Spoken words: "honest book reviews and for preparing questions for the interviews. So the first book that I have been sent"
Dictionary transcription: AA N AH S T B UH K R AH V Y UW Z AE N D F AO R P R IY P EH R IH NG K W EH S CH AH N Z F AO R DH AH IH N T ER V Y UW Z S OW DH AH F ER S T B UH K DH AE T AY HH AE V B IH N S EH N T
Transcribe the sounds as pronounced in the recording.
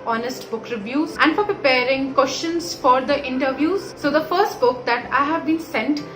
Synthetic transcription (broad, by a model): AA N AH S T B UH K R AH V Y UW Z AE N D F AO R P R IY P EH R IH NG K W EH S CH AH N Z F AO R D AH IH N T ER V Y UW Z S OW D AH F ER S T B UH K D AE T AY HH AE V B IH N S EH N T